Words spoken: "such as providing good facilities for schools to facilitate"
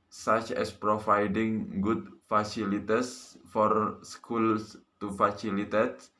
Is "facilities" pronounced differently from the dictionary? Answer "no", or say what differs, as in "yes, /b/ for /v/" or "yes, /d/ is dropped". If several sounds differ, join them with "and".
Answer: yes, /s/ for /z/